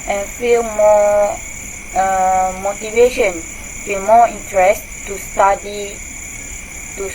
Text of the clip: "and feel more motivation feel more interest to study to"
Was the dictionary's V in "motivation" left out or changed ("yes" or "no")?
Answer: no